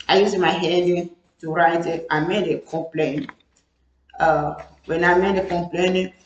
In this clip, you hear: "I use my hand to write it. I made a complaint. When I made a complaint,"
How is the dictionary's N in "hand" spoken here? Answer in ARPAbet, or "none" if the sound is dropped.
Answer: none